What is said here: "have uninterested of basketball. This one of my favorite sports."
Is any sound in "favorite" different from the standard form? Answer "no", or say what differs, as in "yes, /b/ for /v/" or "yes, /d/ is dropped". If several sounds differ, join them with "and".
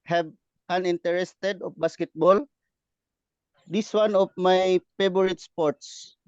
yes, /b/ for /v/